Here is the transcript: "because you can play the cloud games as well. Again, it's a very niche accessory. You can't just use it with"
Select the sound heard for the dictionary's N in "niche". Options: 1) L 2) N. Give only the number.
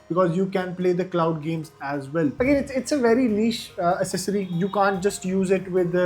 1